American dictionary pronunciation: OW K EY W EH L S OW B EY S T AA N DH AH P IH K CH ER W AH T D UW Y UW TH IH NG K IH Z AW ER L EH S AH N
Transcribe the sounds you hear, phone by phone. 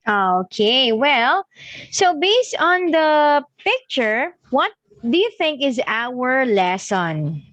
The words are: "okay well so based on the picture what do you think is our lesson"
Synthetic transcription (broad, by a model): OW K EY W EH L S OW B EY S T AA N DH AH P IH K CH ER W AH T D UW Y UW TH IH NG K IH Z AW ER L EH S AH N